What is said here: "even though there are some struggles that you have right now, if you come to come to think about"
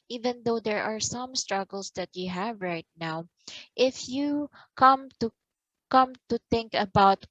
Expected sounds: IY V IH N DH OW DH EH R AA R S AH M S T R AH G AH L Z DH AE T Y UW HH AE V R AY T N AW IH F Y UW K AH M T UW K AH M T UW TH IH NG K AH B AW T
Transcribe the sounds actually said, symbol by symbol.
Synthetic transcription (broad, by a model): IY V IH N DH OW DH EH R AA R S AH M S T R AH G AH L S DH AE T Y UW HH AE V R AY T N AW IH F Y UW K AH M T UW K AH M T UW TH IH NG K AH B AW T